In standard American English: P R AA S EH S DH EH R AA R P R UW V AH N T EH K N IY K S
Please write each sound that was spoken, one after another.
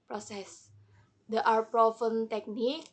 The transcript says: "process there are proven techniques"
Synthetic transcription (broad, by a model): P R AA S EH S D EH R AA R P R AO F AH N T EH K N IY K